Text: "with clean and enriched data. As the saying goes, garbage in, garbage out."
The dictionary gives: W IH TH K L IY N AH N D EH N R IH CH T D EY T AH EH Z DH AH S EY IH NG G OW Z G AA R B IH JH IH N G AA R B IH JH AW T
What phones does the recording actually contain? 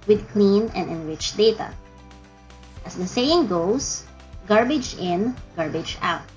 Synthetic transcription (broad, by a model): W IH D K L IY N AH N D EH N R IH CH D EY T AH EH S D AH S EY IH NG G OW S G AA R B IH JH IH N G AA R B IH JH AW T